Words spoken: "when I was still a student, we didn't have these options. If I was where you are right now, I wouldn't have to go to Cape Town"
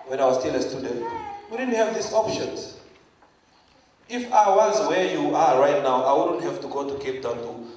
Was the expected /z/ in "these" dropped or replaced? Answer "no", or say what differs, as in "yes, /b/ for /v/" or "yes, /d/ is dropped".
yes, /s/ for /z/